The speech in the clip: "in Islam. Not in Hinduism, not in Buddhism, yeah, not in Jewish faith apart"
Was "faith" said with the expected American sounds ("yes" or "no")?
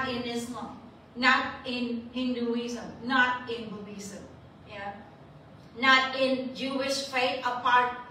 no